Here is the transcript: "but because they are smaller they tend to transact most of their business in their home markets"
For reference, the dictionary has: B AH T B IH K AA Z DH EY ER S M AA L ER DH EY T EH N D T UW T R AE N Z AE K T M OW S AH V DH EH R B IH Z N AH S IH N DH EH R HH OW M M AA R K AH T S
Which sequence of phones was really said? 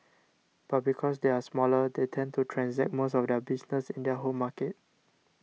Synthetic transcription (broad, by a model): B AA T B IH K AA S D EY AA S M AA L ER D EY T EH N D T UW T R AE N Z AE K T M OW S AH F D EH B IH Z N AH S IH N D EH HH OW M M AA K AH T